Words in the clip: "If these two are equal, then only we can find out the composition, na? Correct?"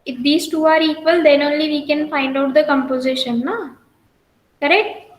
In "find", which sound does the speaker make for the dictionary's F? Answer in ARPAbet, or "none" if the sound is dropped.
F